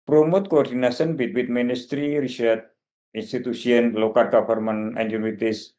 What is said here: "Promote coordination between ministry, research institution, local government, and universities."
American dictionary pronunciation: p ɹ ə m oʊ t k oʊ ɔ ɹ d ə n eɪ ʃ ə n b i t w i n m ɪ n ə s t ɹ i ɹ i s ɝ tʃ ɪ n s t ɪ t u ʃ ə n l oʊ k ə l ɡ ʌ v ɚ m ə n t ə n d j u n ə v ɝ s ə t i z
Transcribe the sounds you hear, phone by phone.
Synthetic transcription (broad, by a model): p ɹ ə m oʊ t k oʊ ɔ ɹ d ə n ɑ s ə n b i t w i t m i n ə s t ɹ i ɹ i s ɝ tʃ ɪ n s t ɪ t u s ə n l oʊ k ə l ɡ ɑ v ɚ m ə n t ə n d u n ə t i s